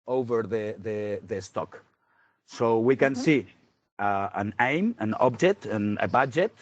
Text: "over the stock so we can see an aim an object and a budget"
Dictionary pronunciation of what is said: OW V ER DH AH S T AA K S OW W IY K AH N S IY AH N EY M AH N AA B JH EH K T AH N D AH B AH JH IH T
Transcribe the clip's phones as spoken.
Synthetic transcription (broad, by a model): OW V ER DH AH S T AA K S OW W IY K AH N S IY AH N EY M AH N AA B JH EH T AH N AH B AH JH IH T